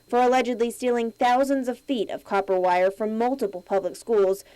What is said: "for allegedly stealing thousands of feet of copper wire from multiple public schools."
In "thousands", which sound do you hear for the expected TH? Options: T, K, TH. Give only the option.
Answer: TH